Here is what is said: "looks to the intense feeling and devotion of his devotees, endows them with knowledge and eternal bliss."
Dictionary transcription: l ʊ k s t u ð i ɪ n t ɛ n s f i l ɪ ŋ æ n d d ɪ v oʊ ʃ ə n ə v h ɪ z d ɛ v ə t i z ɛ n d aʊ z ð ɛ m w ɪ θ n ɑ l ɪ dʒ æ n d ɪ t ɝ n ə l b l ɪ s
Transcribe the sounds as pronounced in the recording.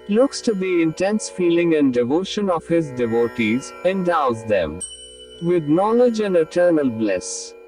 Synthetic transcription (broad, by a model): l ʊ k s t u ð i ɪ n t ɛ n s f i l ɪ ŋ æ n d d ɪ v oʊ ʃ ə n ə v h ɪ z d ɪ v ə t i z ɛ n d aʊ z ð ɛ m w ɪ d n ɑ l ɪ dʒ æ n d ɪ t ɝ n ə l b l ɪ s